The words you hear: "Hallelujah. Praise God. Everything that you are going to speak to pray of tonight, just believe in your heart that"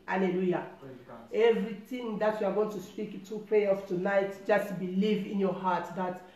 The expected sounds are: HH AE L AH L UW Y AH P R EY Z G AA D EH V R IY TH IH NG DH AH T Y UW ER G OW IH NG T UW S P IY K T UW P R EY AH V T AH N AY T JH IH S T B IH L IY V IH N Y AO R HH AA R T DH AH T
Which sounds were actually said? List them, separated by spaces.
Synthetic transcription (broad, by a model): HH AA L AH L UW Y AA EH V R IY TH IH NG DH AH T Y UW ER G OW IH NG T UW S P IY K T UW P R EY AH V T AH N AY T JH IH S T B IH L IY V IH N Y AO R HH AA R T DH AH T